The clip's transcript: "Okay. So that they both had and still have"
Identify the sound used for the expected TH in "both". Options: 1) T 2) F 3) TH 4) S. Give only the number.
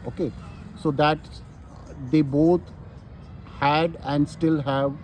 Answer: 1